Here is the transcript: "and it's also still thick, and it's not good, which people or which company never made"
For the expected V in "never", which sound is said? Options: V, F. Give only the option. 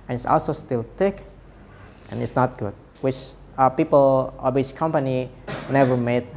V